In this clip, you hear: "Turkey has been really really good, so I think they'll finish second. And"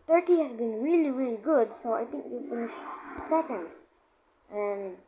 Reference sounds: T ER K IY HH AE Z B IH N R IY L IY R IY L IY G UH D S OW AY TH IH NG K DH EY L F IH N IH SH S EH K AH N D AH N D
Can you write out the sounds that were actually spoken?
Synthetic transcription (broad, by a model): T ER K IY HH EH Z B IH N R IY L IY R IY L IY G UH D S OW AY T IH NG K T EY F IH N IH SH S EH K AH N D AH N